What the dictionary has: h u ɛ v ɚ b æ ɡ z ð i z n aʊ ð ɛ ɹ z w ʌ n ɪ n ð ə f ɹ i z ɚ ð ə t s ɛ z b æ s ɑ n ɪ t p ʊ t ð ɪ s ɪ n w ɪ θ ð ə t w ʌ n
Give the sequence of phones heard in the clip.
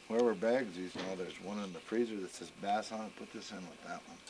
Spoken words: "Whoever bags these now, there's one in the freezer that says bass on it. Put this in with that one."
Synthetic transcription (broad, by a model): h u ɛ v ɚ b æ ɡ z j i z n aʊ ð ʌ ɹ z w ʌ n ɪ n ð ə f ɹ i z ɚ ð ə t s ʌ s b æ s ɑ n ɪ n p ʊ t ð ɪ s ɪ n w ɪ ð ə t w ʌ n